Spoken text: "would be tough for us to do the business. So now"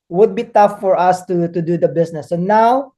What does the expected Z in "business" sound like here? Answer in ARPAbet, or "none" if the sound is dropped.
S